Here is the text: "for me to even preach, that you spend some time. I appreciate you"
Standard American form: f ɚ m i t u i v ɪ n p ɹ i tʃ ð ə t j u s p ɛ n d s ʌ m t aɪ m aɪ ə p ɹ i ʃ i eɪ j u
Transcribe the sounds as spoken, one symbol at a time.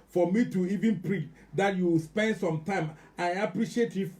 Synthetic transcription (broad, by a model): f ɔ m i t u i v ɪ n p ɹ i tʃ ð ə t j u s p ɛ n d s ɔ m t aɪ m aɪ ə p ɹ i ʃ i eɪ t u